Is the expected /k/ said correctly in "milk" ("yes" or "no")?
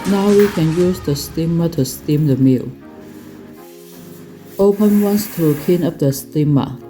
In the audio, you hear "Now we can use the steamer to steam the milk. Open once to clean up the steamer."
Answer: no